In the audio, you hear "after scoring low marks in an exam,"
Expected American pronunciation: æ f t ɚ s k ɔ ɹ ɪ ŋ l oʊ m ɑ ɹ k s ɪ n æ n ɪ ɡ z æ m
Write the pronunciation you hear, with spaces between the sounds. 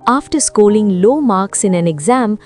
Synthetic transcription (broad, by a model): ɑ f t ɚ s k ɔ l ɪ ŋ l oʊ m ɑ ɹ k s ɪ n æ n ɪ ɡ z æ m